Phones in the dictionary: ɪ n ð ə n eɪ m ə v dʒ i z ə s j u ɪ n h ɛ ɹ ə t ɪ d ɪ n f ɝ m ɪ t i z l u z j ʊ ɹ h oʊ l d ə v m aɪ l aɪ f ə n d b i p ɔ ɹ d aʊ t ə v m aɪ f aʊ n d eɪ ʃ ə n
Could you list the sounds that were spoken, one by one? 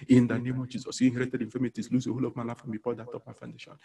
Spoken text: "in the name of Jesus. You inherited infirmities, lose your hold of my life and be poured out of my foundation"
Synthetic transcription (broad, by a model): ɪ n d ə n eɪ m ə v dʒ i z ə s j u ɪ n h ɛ ɹ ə t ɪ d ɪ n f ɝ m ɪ t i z l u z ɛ h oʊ l ə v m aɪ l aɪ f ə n b i f ɔ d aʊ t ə p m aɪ f aʊ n d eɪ ʃ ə n